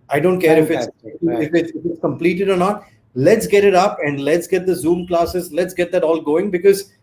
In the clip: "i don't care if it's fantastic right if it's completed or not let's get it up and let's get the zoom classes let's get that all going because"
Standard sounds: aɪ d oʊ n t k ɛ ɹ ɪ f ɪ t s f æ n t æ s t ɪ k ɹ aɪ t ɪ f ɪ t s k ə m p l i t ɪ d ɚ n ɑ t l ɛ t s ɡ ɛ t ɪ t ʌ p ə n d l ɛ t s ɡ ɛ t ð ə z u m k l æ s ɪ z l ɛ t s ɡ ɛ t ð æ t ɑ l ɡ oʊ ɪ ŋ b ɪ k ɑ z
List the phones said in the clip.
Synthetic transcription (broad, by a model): aɪ d oʊ n t k ɛ ɹ ɪ f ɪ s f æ t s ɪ ɪ f ɪ t s k ə m p l i t ɪ d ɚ n ɑ t l ɛ t s ɡ ɛ t ɪ t ʌ p ə n d l ɛ t s ɡ ɛ t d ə z u m k l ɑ s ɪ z l ɛ t s ɡ ɛ t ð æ t ɑ l ɡ oʊ ɪ ŋ b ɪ k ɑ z